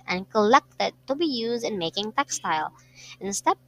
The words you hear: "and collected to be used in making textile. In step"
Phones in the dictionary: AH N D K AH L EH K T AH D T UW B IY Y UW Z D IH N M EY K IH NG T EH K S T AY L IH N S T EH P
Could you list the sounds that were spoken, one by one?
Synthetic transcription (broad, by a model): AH N K AH L EH K T AH D T UW B IY Y UW Z D IH N M EY K IH NG T EH K S T AY L IH N S T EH